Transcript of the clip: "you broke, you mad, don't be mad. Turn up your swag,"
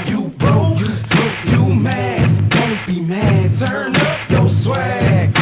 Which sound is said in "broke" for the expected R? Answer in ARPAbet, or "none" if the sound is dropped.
none